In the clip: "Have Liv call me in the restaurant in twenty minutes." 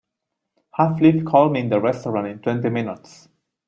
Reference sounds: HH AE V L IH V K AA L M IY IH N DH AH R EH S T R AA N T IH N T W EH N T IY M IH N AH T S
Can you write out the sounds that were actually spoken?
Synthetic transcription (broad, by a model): HH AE F L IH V K AA L M IY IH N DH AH R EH S T R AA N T IH N T W EH N T IY M IH N AH T S